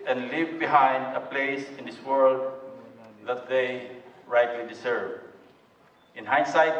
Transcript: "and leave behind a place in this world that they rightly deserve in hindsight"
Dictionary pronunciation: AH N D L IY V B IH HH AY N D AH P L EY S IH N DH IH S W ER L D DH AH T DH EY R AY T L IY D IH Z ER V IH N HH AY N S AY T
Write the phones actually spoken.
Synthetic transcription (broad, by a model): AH N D L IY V B IH HH AY N D AH P L EY S IH N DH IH S W ER L D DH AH T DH EY R AY T L IY D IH S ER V IH N HH AY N S AY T